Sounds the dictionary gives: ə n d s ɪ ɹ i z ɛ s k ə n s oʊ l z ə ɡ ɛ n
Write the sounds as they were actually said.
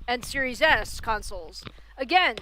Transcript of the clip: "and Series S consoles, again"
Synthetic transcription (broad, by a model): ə n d s ɪ ɹ i z ɛ s k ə n s l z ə ɡ ɛ n